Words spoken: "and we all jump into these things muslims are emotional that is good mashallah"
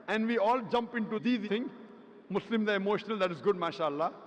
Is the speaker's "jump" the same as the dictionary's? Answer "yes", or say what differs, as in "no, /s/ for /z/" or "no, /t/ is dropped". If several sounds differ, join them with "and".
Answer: yes